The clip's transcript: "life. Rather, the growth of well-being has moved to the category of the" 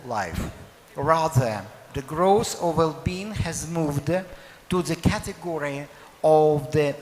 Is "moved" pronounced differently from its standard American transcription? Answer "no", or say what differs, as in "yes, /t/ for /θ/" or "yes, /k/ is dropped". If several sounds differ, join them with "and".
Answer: no